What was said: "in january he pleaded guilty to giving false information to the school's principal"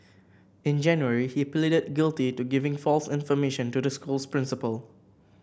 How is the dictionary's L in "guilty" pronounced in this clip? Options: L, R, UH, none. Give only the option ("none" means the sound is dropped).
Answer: L